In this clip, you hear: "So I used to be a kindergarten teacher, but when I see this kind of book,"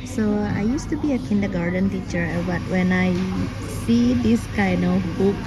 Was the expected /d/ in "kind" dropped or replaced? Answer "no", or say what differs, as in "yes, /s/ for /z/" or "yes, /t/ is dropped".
yes, /d/ is dropped